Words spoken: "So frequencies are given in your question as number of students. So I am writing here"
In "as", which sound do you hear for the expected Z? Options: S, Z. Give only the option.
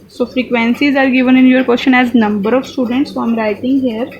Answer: Z